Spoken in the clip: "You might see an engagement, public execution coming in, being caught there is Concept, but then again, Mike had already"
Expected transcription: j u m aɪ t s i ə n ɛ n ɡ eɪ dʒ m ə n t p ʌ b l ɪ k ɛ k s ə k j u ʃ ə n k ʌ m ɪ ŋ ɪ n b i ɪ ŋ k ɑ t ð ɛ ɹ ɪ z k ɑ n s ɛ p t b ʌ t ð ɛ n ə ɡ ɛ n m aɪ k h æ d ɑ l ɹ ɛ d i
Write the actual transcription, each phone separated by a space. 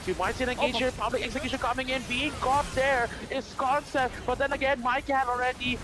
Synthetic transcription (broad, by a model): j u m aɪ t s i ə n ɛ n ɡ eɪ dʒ ə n p ʌ b l ɪ k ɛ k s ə k j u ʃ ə n k ʌ m ɪ ŋ ɪ n b i ɪ ŋ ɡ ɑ t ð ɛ ɹ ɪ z k ɑ n s ɛ p t b ʌ t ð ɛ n ə ɡ ɛ n m aɪ k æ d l ɹ ɛ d i